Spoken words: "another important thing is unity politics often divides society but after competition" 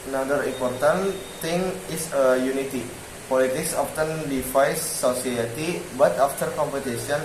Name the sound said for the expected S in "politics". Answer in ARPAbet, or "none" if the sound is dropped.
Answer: S